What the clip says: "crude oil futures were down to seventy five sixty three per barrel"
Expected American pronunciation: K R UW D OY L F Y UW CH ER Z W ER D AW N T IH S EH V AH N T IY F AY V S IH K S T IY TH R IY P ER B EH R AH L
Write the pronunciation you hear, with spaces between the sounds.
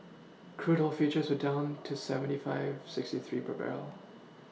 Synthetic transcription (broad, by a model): K R UW D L F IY CH ER Z W ER D AW N T IH S EH V AH N T IY F AY V S IH K S T IY TH R IY P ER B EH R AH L